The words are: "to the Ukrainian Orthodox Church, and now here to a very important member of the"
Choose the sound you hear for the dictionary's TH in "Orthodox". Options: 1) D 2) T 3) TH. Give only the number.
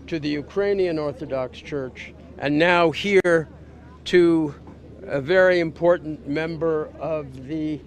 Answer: 3